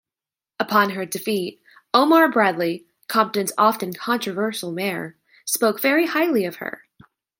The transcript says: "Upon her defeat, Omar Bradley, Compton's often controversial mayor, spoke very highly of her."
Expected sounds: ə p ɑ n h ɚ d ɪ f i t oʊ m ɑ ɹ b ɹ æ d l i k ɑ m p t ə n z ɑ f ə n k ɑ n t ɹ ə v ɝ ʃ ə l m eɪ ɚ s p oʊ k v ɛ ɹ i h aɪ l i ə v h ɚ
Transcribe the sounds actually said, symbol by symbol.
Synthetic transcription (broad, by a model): ə p ɑ n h ɚ d ɪ f i t oʊ m ɑ ɹ b ɹ æ d l i k ɑ m p t ə n z ɑ f ə n k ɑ n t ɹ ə v ɝ ʃ l m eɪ ɚ s p oʊ k v ɛ ɹ i h aɪ l i ə v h ɚ